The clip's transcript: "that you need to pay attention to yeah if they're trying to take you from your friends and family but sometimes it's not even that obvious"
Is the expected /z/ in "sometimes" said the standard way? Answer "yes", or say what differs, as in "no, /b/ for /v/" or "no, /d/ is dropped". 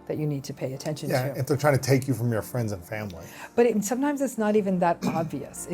yes